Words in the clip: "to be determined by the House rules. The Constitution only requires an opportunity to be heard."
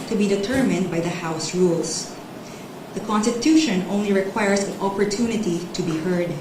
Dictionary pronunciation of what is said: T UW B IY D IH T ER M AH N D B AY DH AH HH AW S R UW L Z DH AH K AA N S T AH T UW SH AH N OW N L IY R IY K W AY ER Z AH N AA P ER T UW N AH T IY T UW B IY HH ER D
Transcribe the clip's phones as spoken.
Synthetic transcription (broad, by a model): T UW B IY D IH T ER M AH N D B AY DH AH HH AW S R UW L S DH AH K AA N S T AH T UW SH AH N OW N L IY R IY K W AY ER S AH N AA P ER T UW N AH T IY T UW B IY HH ER D